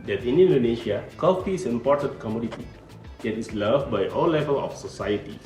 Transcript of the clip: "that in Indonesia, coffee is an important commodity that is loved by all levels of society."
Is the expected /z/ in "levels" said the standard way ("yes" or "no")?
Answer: no